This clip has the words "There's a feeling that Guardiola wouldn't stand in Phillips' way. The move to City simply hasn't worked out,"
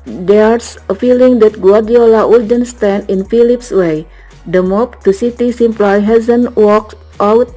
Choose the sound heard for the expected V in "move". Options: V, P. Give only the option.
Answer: P